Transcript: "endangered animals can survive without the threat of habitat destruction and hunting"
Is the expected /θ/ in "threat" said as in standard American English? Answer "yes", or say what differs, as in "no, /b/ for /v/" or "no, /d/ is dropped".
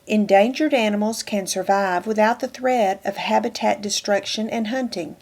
yes